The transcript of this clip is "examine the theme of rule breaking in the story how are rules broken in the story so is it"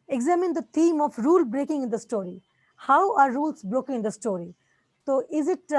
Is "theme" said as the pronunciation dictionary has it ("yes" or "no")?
no